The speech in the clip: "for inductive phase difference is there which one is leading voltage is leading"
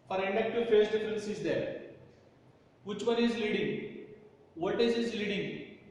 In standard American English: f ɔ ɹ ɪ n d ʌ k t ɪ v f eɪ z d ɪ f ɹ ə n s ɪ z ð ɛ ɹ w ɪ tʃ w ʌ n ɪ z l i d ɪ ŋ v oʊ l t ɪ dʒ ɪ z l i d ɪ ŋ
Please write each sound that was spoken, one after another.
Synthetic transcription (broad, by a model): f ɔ ɹ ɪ n d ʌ k t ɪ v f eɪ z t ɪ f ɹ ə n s ɪ z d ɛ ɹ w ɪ tʃ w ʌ n ɪ z l i d ɪ ŋ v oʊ t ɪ z ɪ z l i d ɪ ŋ